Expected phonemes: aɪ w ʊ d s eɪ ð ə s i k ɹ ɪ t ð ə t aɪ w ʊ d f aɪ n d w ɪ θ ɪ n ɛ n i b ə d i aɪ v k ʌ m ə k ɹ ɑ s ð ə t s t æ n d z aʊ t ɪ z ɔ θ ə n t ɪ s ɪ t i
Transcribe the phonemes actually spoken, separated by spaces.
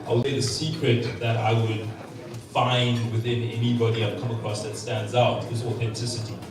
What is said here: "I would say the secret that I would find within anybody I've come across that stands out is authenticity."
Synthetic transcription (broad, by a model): aɪ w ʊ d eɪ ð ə s i k ɹ ɪ t ð ə t aɪ w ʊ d f aɪ n d w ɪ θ ɪ n ɛ n i b ə d i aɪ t k ʌ m ə k ɹ ɑ s ð ə t s t æ n d z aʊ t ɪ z ɔ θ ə n t ɪ s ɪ t i